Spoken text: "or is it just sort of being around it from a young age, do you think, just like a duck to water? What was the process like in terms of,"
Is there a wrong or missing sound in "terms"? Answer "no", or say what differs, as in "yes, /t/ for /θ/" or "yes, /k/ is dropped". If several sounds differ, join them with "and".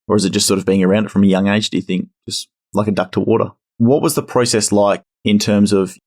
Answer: no